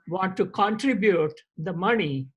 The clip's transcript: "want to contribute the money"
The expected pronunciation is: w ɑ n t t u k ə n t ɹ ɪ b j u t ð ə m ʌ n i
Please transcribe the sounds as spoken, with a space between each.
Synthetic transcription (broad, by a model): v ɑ n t t u k ə n t ɹ ɪ b j u t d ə m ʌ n i